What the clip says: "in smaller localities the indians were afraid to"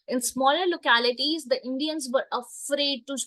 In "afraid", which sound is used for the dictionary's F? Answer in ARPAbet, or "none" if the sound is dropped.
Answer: F